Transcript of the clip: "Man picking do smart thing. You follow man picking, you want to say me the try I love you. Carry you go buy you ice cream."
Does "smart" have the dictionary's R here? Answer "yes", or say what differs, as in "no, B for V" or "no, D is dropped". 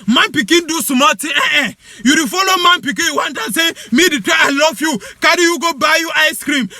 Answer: no, L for R